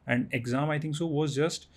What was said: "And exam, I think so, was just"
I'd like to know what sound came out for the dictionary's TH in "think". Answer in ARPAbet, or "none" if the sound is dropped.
T